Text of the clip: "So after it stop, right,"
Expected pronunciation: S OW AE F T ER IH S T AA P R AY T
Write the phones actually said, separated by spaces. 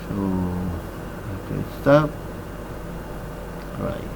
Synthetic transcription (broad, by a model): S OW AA T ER IH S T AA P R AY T